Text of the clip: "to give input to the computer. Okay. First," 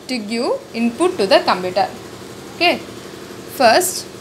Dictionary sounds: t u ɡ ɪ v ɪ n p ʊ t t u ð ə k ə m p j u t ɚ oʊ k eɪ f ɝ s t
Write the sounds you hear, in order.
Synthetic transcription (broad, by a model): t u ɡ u ɪ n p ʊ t t u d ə k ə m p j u t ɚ oʊ k eɪ f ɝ s t